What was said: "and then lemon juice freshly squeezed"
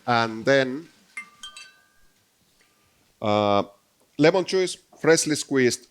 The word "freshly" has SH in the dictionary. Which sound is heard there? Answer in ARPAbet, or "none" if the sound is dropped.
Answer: S